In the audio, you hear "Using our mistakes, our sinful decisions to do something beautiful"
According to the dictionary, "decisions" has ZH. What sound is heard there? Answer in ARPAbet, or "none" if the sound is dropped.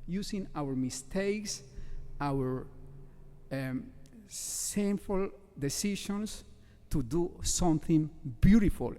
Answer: SH